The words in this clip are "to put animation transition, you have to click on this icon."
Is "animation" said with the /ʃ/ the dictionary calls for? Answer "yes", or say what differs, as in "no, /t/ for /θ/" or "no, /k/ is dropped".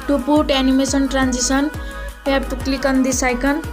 no, /s/ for /ʃ/